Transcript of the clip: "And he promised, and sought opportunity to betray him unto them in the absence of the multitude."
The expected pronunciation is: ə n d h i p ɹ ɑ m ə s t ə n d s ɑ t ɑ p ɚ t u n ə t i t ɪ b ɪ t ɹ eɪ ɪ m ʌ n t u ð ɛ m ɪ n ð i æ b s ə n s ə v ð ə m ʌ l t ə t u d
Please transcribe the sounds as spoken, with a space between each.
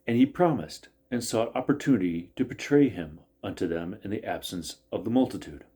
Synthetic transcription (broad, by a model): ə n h i p ɹ ɑ m ə s t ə n s ɑ t ɑ p ɚ t u n ə t i t ɪ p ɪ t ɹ eɪ ɪ m ʌ n t u ð ɛ m ɪ n ð i æ b s ə n s ə v ð ə m ʌ l t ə t u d